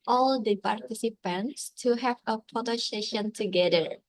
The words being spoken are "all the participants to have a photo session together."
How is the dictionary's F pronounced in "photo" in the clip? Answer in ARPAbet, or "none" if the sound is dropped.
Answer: P